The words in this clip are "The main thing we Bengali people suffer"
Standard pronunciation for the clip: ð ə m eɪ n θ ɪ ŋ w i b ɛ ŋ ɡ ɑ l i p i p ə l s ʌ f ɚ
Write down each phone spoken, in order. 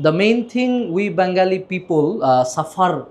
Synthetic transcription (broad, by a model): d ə m eɪ n t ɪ ŋ w i b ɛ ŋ ɡ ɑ l i p i p ə l s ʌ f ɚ